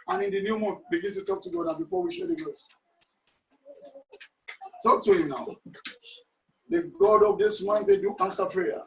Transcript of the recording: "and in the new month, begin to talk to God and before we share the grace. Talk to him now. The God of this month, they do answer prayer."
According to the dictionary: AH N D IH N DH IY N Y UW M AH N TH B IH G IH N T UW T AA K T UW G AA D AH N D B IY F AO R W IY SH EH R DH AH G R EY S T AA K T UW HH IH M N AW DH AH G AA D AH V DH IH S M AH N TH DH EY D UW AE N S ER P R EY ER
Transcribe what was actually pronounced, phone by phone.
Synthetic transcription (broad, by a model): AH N IH N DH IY N Y UW M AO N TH B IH G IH N T UW T AA K T UW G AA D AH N B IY F AO W IY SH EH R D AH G EY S T AA K T UW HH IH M N AW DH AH G AA D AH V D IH S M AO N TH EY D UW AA N S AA P R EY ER